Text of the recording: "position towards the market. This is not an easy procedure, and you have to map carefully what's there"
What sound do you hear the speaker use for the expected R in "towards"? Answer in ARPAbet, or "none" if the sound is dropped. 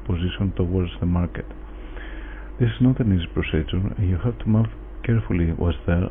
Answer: R